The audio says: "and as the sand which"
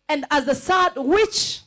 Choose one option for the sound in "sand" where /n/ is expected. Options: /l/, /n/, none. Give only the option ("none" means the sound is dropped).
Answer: none